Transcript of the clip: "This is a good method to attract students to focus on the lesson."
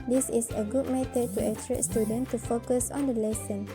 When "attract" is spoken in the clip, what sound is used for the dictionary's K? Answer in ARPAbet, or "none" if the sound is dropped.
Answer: none